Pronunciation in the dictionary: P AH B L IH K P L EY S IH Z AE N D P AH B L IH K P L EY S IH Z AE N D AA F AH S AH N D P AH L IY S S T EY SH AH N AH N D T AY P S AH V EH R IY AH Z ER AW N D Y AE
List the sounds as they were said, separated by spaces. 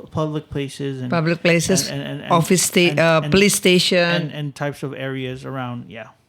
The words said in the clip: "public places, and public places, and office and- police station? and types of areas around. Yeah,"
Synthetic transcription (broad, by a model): P AH B L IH K P L EY S IH Z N P AH B L IH K P L EY S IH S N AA F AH S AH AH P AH L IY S S T EY SH AH N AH N T AY P S AH V EH R IY AH Z ER AW N D Y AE